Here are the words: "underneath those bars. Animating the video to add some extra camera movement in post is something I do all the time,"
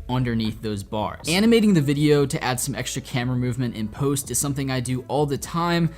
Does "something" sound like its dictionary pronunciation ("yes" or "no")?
yes